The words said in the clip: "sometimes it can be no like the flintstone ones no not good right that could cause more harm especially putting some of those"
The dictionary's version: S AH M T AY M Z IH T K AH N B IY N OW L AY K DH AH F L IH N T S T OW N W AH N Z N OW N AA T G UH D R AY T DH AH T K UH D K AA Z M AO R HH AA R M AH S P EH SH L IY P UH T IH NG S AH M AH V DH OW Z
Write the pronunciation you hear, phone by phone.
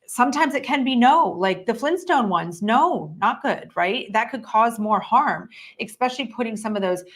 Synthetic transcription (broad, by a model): S AH M T AY M Z IH T K AH N B IY N OW L AY K DH AH F L IH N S T OW N W AH N Z N OW N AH T G UH D R AY T DH AH T K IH D K AA Z M AO R HH AA R M AH S P EH SH L IY P UH T IH NG S AH M AH V DH OW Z